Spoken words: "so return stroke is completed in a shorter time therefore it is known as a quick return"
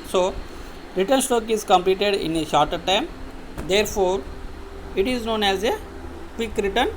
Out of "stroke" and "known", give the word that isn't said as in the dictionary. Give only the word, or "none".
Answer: stroke